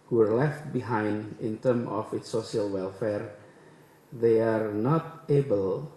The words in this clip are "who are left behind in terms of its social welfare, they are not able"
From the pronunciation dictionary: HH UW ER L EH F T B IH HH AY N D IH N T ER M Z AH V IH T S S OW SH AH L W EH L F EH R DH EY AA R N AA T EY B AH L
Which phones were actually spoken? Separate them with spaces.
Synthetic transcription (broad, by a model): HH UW ER L EH F T B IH HH AY N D IH N T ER M AH F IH T S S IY AH L W EH L F EH R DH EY AA R N AA T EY B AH L